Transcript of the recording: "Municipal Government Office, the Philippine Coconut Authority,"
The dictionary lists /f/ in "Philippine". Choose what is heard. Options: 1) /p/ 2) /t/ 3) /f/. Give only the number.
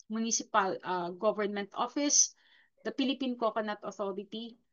1